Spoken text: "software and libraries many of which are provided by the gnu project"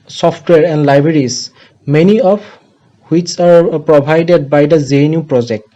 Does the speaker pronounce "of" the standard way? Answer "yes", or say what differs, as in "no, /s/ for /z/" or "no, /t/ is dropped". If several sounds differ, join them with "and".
no, /p/ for /v/